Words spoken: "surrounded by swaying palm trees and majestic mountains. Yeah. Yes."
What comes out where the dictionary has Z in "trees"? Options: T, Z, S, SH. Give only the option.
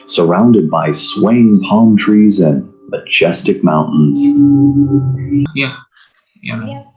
Z